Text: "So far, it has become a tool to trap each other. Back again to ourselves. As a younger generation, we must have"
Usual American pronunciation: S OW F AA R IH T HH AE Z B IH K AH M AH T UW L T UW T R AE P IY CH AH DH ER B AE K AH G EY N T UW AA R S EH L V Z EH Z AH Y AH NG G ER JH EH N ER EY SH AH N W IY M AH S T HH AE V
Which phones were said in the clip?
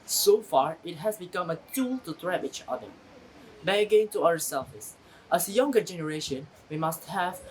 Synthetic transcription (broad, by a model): S OW F AA R IH T HH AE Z B IH K AH M AH T UW L T UW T R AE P IY CH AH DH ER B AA AH G EY N T UW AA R S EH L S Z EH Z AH Y AH NG G ER JH EH N ER EY SH AH N W IY M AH S T HH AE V